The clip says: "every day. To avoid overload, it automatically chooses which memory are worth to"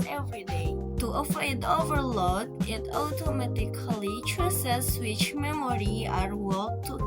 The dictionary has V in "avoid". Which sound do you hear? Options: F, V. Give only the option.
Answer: F